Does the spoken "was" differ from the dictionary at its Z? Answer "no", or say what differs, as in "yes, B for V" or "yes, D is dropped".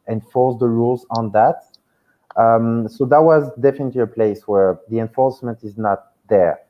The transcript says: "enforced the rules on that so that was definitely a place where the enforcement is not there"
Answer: no